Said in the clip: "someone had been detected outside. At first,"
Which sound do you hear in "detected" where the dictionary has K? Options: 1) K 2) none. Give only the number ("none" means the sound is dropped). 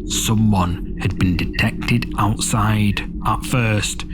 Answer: 1